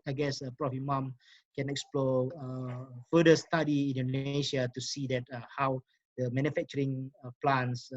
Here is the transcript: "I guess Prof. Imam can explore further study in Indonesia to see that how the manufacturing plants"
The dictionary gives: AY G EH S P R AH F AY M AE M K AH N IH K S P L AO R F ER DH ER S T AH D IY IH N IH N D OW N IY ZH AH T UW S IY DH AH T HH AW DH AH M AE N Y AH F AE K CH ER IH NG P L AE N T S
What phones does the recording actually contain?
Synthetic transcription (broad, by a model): AY G EH S P R AH F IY M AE M K AH N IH K S P L AO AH F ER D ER S T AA D IY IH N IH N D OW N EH SH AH T UW S IY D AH T HH AW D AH M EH N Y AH F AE K CH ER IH NG P L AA N S